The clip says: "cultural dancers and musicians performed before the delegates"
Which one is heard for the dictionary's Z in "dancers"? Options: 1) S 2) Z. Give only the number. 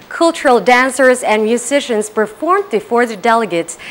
2